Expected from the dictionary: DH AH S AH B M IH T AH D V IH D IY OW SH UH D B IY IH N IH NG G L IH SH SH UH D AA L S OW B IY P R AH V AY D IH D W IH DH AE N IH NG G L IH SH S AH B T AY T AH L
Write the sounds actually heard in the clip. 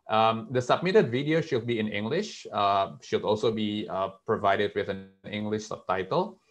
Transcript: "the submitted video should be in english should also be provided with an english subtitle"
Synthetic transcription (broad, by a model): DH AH S AH B M IH T AH D V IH D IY OW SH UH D B IY IH N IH NG G L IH SH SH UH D AA L S OW B IY P R AH V AY D IH D W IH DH AE N IH NG G L IH SH S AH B T AY T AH L